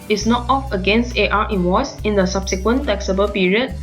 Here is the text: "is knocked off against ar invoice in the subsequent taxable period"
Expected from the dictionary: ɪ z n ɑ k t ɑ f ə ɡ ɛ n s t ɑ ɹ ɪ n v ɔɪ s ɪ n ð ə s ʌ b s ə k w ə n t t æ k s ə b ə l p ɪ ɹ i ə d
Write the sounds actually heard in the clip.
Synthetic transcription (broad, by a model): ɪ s n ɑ t ɑ f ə ɡ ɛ n s t ɑ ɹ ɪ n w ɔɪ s ɪ n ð ə s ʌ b s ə k w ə n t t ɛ k s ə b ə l p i ɹ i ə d